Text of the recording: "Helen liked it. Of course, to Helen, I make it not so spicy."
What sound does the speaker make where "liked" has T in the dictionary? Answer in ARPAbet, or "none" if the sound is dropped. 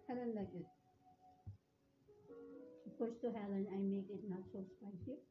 none